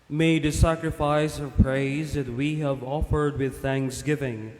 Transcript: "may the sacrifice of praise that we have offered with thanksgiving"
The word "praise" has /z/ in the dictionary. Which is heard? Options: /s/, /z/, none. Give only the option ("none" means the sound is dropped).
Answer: /z/